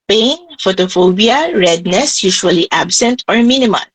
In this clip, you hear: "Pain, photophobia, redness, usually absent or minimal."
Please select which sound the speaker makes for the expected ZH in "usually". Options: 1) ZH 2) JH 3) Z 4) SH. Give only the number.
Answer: 4